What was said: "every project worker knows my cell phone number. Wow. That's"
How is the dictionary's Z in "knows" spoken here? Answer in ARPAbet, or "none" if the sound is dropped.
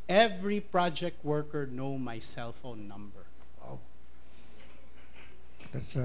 none